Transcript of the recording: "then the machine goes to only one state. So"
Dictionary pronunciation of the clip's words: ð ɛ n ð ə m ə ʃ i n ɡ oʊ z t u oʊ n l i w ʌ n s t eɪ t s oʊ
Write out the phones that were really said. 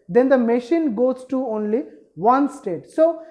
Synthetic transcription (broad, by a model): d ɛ n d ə m ə ʃ i n ɡ oʊ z t u oʊ n l i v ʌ n s t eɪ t s oʊ